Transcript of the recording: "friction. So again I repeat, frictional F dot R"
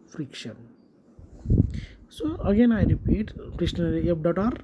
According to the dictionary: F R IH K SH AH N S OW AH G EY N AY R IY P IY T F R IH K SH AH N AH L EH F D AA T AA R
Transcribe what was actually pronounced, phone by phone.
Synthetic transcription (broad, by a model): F R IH K SH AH N S OW AH G EY N AY R IY P IY T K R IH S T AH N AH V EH P D AA T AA R